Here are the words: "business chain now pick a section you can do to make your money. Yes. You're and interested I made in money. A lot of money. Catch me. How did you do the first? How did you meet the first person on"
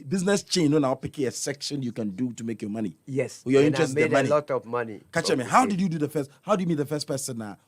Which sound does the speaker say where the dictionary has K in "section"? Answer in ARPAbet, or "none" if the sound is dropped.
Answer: K